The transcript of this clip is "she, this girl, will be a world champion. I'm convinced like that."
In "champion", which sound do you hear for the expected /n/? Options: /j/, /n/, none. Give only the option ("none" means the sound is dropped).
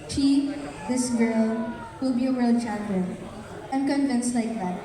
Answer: none